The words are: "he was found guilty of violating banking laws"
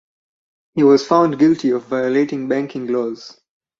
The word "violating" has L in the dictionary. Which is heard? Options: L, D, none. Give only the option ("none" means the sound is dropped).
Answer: L